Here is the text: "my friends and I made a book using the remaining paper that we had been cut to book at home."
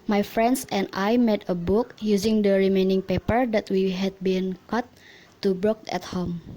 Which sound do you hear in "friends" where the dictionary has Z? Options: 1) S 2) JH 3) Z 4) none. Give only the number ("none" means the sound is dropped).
1